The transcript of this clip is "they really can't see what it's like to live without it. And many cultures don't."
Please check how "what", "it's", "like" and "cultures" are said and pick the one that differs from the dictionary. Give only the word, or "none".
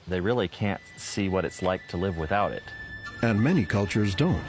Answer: none